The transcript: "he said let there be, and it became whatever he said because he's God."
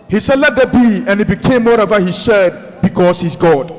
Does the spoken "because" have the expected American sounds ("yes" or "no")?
no